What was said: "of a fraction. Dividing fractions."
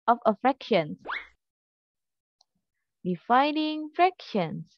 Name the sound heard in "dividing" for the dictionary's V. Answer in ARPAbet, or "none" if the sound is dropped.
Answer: F